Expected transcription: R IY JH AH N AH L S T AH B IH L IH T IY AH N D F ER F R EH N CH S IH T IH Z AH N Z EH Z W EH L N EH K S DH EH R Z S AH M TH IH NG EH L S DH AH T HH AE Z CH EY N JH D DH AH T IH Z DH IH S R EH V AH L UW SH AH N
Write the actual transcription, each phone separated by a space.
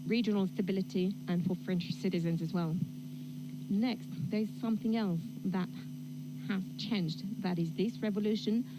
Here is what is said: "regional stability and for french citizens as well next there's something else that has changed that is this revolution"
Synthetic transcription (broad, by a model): R IY JH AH N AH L S T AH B IH L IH T IY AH N F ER F R EH N CH S IH T IH Z AH N Z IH Z W EH L N EH K S DH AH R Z S AH M TH IH NG EH L S DH AH T HH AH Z CH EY N JH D DH AH T IH Z DH IH S R EH V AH L UW SH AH N